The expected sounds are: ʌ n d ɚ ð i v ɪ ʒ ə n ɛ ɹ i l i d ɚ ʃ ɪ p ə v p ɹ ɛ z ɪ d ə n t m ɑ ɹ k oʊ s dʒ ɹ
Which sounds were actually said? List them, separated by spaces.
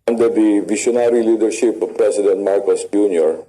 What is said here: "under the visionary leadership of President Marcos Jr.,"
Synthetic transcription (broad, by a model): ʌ n d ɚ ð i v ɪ ʃ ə n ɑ ɹ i l i d ɚ ʃ ɪ p p ɹ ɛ s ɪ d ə n t m ɑ ɹ k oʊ s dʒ ɹ